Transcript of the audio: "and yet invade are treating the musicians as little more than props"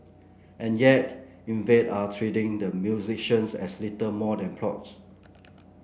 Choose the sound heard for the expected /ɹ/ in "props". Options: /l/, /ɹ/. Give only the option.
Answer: /l/